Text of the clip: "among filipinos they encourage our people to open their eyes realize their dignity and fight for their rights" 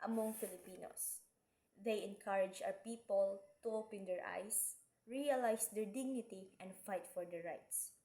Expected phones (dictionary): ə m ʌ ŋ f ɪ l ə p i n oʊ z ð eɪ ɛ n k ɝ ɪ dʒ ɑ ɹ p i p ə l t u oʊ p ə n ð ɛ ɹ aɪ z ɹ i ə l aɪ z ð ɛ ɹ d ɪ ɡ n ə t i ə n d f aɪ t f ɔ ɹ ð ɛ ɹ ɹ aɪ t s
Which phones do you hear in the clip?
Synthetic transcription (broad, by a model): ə m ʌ ŋ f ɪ l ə p i n oʊ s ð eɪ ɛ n k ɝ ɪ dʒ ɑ w p i p ə l t u oʊ p ə n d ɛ ɹ aɪ s ɹ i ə l aɪ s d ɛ ɹ d ɪ ɡ n ə t i ə n d f aɪ t f ɔ ɹ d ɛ ɹ ɹ aɪ t s